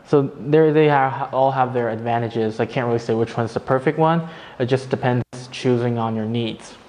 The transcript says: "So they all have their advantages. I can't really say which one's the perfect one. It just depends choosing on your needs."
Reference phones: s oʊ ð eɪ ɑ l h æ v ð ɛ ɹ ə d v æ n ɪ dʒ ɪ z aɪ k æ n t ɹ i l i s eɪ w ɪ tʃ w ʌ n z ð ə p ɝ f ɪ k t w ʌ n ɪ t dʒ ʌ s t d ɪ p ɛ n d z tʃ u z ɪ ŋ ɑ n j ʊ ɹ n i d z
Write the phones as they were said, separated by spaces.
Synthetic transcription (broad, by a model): s oʊ ð eɪ ɑ l h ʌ v ð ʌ ɹ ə d v æ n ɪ dʒ ɪ z aɪ k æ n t ɹ i l i s eɪ w ɪ tʃ w ʌ n z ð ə p ɝ f ɪ k t w ʌ n ɪ t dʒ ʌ s d ɪ p ɛ n d z tʃ u z ɪ ŋ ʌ n j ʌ ɹ n i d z